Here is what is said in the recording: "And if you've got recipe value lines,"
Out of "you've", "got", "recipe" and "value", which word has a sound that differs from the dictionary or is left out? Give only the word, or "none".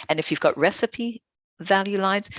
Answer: none